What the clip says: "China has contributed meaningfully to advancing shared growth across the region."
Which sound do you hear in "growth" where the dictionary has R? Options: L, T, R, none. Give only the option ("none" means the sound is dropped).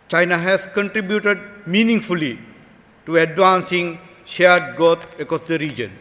none